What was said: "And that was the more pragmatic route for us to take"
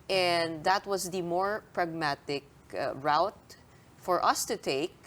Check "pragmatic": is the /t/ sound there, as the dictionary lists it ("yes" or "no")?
yes